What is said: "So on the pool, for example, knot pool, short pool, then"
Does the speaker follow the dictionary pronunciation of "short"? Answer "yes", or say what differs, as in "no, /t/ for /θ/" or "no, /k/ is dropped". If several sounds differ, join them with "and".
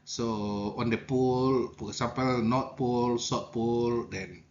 no, /s/ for /ʃ/